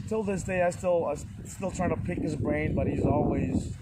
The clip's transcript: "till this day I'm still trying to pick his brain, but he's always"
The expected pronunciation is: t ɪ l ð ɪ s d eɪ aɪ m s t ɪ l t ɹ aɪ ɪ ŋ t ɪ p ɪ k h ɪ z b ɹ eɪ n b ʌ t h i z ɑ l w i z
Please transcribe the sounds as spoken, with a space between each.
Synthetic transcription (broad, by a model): t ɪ l ð ɪ s d eɪ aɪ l s t ɪ l t ɹ aɪ ɪ ŋ t ɪ p ɪ k h ɪ z b ɹ eɪ n b ʌ t h i z ɑ l w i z